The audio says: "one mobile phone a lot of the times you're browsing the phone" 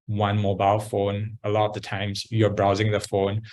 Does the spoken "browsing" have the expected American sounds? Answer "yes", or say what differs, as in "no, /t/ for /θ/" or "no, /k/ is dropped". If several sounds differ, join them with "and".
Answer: yes